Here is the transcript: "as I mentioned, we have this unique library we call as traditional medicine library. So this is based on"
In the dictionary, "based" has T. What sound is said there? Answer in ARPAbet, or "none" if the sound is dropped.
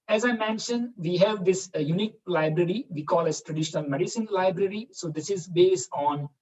T